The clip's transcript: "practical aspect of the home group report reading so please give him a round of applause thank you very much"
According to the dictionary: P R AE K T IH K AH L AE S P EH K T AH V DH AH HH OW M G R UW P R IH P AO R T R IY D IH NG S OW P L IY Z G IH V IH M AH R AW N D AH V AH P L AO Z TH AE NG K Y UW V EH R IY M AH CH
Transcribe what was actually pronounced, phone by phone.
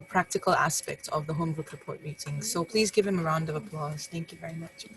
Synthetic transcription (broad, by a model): P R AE K T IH K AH L AE S P EH K T AH V DH AH HH OW M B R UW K R IH P AO R T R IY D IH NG S OW P L IY Z G IH V IH M AH R AW N D AH V AH P L AO Z TH AE NG K Y UW V EH R IY M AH CH